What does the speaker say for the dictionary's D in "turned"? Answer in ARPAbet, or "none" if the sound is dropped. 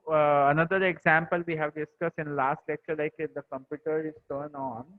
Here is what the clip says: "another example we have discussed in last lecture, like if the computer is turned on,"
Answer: none